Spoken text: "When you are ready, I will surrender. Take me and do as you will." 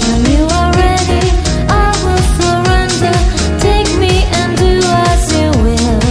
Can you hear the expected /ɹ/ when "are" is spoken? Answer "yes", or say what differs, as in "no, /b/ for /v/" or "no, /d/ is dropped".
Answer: no, /l/ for /ɹ/